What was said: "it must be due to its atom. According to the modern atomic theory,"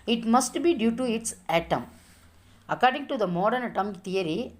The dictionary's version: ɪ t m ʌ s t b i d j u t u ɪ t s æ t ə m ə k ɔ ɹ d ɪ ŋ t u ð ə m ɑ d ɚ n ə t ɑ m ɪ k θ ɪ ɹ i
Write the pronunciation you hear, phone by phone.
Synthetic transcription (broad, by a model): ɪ t m ʌ s t b i d j u t u ɪ t s æ t ə m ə k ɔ ɹ d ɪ ŋ t u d ə m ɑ d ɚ n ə t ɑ m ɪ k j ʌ ɹ i